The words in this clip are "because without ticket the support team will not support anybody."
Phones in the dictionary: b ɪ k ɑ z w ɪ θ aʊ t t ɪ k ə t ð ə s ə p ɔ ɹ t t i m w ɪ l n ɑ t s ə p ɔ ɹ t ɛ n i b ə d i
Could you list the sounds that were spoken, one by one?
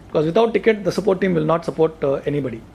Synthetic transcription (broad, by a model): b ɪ k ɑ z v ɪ t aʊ t t ɪ k ə t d ə s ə p ɔ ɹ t t i m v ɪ l n ɑ t s ə p ɔ ɹ t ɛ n i b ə d i